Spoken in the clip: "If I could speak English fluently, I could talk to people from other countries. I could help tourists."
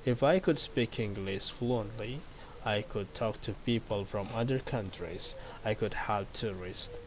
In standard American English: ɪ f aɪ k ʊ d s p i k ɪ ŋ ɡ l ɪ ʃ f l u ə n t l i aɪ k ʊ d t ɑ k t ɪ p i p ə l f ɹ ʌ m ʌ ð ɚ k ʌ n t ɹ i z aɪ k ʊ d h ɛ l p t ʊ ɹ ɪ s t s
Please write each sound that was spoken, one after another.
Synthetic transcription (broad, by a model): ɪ f aɪ k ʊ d s p i k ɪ ŋ ɡ l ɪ s f l u ə n t l i aɪ k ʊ d t ɑ k t ɪ p i p ə l f ɹ ʌ m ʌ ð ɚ k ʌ n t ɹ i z aɪ k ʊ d h ɛ l p t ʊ ɹ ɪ s t